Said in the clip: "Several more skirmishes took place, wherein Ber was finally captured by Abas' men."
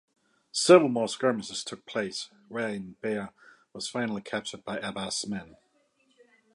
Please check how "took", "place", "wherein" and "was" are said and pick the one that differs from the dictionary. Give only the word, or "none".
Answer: wherein